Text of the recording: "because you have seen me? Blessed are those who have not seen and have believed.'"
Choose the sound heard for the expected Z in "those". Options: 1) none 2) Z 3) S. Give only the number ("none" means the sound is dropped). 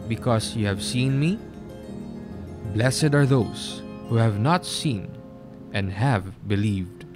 3